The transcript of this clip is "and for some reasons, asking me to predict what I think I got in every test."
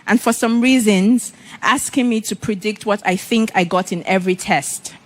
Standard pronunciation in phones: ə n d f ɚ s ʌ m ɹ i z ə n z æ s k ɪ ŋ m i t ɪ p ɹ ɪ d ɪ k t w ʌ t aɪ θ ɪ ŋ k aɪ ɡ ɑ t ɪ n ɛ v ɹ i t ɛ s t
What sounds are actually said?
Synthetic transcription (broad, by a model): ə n f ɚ s ʌ m ɹ i z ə n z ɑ s k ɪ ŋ m i t ɪ p ɹ ɪ d ɪ k t w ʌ t aɪ θ ɪ ŋ k aɪ ɡ ɑ t ɪ n ɛ v ɹ i t ɛ s t